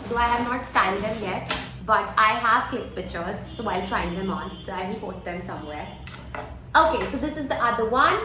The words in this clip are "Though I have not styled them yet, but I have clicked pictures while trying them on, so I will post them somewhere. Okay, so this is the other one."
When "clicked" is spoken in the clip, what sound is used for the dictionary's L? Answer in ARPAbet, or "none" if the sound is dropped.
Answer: none